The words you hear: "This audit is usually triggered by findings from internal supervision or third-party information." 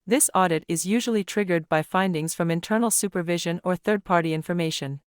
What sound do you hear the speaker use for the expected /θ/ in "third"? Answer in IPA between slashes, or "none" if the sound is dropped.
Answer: /θ/